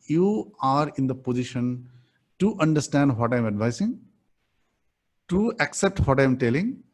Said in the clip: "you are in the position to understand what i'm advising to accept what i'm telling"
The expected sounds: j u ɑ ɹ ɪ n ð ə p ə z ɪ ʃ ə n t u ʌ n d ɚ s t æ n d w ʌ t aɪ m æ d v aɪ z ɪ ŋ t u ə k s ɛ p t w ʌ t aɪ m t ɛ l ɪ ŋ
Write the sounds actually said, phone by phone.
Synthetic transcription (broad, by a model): j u ɑ ɹ ɪ n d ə p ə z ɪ ʃ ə n t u ʌ n d ɚ s t æ n d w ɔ t aɪ m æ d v aɪ s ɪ ŋ t u ə k s ɛ p t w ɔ t aɪ m t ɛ l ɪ ŋ